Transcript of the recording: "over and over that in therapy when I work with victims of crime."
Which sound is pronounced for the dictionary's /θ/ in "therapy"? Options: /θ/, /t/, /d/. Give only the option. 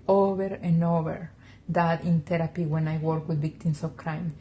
/t/